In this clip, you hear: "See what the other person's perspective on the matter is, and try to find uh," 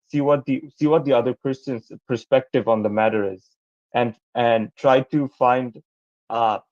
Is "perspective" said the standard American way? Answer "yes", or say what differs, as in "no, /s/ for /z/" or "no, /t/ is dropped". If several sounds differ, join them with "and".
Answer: yes